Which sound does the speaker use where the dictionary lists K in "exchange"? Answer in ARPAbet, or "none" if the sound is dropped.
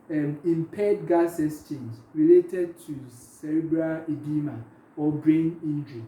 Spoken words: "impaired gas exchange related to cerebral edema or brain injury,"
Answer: none